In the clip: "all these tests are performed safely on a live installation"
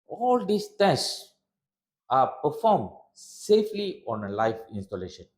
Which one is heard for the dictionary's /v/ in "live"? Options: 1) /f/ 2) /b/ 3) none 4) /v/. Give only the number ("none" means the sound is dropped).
1